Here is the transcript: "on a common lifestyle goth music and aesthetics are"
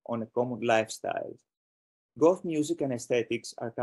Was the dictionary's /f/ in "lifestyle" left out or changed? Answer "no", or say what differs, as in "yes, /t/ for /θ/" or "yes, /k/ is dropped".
no